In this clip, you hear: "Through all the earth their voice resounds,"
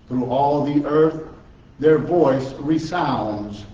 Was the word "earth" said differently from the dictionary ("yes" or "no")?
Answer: no